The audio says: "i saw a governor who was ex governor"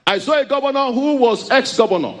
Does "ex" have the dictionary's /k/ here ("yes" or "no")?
yes